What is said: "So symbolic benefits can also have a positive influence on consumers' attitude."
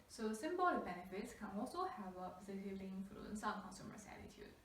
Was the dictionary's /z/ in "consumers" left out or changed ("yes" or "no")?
yes